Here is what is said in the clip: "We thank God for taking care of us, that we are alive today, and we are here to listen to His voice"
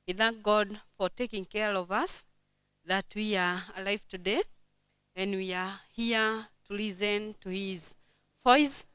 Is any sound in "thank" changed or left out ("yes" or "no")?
no